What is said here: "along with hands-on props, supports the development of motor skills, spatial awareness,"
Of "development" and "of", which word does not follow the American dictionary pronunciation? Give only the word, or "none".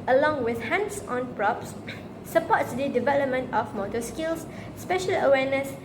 of